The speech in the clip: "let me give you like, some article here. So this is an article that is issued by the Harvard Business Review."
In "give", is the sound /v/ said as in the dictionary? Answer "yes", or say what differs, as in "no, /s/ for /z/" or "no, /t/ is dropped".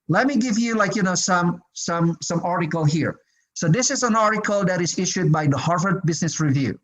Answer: yes